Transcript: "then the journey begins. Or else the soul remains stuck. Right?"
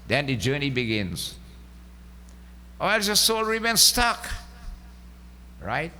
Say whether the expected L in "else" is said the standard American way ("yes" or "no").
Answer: no